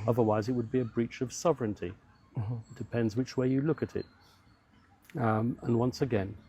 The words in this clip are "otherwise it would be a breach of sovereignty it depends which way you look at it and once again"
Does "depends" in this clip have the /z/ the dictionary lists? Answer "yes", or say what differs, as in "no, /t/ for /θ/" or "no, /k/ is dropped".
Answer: yes